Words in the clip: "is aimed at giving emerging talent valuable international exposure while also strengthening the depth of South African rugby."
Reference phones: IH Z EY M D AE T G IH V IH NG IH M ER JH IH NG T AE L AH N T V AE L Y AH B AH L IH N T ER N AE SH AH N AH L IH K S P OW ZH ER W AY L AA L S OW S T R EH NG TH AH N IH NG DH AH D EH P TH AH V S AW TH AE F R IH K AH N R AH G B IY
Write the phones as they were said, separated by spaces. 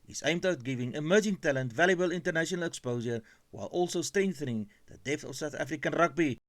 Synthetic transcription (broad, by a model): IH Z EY M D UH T G IH V IH NG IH M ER JH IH NG T AE L AH N T V AE L Y AH B AH L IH N T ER N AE SH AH N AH L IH K S P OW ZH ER W AY L AA L S OW S T R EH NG TH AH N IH NG DH AH D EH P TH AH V S AW TH AE F R IH K AH N R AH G B IY